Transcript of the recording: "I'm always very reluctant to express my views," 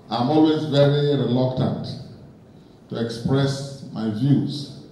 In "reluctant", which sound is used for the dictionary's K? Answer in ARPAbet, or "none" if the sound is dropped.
K